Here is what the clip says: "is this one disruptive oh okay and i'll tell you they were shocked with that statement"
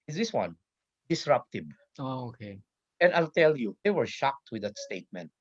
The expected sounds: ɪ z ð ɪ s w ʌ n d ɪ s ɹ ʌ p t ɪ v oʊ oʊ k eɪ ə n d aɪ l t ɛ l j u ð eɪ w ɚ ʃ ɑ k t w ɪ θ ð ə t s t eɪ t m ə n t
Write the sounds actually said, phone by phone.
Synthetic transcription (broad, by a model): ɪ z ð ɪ s w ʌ n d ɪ s ɹ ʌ p t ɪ b oʊ oʊ k eɪ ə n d aɪ l t ɛ l j u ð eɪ w ɚ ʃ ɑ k t w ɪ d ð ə t s t eɪ t m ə n t